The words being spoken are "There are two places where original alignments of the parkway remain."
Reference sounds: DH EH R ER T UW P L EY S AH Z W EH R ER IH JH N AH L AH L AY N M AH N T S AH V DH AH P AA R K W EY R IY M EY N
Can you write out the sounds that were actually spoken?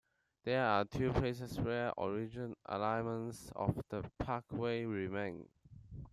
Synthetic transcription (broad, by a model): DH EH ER T UW P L EY S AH S W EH R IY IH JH AH N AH L AY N M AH N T S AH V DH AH P AA K W EY R IY M EY N